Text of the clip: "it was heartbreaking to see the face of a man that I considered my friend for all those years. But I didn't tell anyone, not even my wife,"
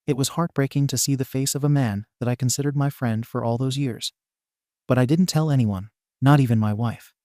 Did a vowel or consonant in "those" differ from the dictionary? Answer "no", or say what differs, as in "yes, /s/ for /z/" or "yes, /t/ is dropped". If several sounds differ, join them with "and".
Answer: no